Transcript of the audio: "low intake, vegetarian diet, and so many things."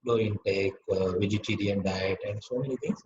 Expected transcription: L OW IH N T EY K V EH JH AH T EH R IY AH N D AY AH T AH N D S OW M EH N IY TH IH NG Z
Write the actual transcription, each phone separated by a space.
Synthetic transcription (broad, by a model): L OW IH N T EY K V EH JH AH T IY R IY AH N D AY AH T AH N D S OW M EH N IY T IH NG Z